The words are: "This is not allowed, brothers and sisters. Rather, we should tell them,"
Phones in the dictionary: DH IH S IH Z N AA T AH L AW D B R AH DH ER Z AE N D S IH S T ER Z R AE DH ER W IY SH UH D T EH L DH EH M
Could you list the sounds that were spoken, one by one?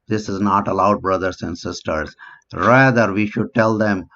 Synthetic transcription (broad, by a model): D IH S IH Z N AA T AH L AW D B R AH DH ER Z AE N D S IH S T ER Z R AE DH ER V IY SH UH D T EH L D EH M